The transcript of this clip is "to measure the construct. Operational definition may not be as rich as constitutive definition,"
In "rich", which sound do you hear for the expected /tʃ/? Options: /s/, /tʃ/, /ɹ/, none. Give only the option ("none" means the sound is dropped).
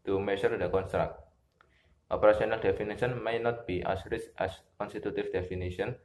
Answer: /s/